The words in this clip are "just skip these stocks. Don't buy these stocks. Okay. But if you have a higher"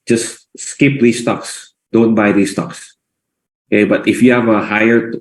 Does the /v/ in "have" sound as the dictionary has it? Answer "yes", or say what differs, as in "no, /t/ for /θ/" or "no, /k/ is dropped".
yes